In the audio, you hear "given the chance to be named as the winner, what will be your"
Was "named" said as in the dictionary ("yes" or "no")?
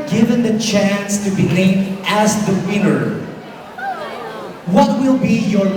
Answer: no